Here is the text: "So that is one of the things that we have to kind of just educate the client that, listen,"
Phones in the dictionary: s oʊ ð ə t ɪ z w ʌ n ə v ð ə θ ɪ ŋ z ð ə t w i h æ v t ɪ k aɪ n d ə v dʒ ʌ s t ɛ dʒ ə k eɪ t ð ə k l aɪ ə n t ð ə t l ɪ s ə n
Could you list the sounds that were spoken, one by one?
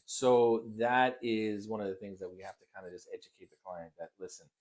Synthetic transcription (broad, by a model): s oʊ ð ə t ɪ z w ʌ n ə v ð ə θ ɪ ŋ z ð ə t w i h æ f t ɪ k aɪ n d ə dʒ ʌ s t ɛ dʒ ə k eɪ t ð ə k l aɪ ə n ð ə t l ɪ s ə n